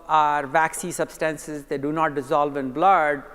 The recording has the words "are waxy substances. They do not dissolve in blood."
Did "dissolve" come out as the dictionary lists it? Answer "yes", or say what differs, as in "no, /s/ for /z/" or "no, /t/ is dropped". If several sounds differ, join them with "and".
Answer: yes